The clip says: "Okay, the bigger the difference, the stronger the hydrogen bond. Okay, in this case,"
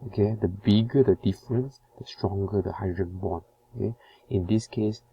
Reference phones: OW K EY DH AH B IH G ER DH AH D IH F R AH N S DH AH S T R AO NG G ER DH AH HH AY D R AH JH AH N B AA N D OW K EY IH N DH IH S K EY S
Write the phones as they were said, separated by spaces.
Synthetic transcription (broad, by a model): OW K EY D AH B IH G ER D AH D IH F R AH N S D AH S T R AO NG G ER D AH HH AY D R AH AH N B AA N OW K EY IH N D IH S K EY S